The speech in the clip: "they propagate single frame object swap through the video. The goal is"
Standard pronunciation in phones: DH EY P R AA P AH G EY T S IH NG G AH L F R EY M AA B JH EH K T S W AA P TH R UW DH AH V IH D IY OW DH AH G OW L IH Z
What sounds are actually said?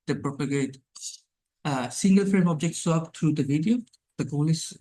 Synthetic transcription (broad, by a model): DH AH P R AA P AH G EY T S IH NG G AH L F R EY M AA B JH EH K T S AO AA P T R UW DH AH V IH D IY OW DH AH G OW L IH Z